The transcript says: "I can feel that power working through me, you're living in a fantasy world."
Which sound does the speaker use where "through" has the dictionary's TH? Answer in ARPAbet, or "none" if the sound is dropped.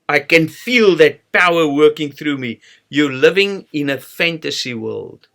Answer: TH